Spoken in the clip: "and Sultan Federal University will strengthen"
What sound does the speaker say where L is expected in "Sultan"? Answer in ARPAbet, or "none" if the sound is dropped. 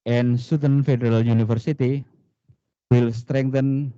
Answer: none